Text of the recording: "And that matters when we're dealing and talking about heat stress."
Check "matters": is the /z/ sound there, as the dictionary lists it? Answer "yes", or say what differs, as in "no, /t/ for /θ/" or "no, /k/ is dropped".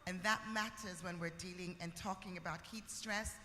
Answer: yes